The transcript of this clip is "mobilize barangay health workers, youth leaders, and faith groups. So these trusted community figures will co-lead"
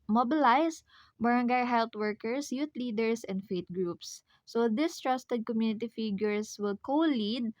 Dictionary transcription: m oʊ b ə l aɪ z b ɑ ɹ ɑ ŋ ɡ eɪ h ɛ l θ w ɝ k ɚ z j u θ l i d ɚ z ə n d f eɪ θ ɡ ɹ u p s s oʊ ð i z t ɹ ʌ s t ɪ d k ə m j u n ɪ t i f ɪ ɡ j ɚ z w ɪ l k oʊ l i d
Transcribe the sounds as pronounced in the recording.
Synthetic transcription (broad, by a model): m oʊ b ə l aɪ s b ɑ ɹ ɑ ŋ ɡ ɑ h ɛ l t w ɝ k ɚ s j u t l i d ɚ s ə n d f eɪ t ɡ ɹ u p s s oʊ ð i s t ɹ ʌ s t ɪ d k ə m j u n ɪ t i f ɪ ɡ j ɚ s w ɪ l k oʊ l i d